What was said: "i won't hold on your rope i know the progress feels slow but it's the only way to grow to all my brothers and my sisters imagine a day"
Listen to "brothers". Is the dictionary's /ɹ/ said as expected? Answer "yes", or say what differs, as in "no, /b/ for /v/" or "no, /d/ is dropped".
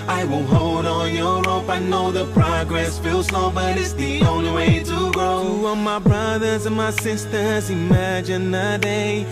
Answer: yes